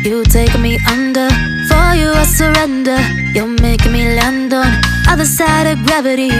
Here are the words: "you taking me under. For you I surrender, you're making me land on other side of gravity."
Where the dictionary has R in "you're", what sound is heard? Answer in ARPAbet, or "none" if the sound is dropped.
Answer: L